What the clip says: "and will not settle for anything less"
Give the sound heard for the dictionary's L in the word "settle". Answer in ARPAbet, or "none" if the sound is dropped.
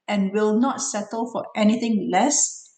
L